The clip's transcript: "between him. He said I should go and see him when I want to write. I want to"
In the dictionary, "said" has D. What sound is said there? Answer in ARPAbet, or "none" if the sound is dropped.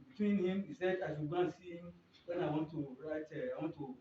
D